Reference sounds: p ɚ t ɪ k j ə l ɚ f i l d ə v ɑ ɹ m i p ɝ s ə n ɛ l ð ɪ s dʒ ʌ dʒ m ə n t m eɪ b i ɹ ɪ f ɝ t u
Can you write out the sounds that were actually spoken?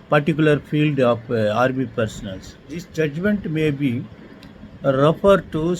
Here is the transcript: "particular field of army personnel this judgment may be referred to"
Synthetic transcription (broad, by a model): p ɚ t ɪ k j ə l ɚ f i l d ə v ɑ ɹ m i p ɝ s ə n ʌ l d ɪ s dʒ ʌ dʒ m ə n t m eɪ b i ɹ ɪ f ɝ t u